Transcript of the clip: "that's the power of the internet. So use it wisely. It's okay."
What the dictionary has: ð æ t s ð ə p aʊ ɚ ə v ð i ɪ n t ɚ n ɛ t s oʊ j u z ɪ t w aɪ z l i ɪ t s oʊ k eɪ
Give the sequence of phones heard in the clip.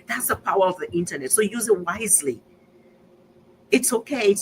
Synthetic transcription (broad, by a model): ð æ t s ð ə p aʊ ɚ ə v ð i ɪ n t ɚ n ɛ t s oʊ j u z ɪ t w aɪ z l i ɪ t s oʊ k eɪ